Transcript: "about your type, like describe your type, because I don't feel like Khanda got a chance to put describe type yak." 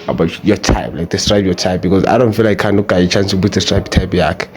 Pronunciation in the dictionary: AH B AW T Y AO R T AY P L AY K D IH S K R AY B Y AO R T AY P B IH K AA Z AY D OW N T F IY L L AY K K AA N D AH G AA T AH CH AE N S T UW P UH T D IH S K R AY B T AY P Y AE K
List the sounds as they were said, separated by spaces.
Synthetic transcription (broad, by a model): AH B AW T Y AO T AY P L AY K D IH S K R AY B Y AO T AY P B IH K AA Z AY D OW N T F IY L L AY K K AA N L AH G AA AH CH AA N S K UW B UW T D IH S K R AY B T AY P Y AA K